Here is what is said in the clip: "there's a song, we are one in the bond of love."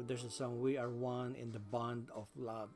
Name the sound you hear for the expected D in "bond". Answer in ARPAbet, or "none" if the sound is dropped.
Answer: D